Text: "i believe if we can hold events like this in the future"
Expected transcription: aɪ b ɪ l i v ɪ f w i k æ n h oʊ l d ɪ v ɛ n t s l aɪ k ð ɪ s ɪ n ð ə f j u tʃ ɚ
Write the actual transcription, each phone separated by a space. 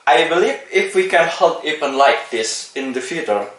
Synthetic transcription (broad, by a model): aɪ b ɪ l i v ɪ f w i k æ n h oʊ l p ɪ p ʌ n l aɪ k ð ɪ s ɪ n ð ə f j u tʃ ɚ